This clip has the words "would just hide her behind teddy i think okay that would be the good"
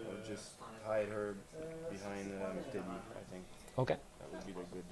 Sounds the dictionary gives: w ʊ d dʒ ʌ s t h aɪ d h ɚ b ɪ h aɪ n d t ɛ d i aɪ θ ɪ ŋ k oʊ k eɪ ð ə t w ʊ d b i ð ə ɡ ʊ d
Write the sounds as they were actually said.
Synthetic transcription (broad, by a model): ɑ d dʒ ʌ s t h aɪ d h ɚ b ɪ h aɪ n d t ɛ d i aɪ θ ɪ ŋ k oʊ k eɪ ð ə t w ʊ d b i ð ə ɡ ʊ d